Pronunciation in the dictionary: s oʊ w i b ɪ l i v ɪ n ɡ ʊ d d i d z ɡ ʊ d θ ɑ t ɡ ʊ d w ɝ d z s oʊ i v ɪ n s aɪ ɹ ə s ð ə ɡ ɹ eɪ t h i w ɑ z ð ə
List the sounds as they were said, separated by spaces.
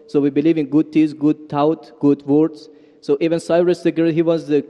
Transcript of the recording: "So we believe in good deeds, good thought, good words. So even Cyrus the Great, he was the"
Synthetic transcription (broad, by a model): s oʊ w i b ɪ l i v ɪ n ɡ ʊ d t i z ɡ ʊ d t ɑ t ɡ ʊ d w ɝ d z s oʊ i v ɪ n s aɪ ɹ ə s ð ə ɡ eɪ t h i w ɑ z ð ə